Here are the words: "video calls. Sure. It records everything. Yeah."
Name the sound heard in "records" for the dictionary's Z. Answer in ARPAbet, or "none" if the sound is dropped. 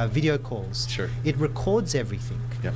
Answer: Z